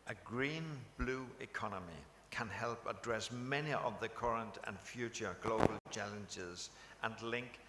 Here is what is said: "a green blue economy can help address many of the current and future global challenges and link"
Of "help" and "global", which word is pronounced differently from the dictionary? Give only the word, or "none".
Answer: none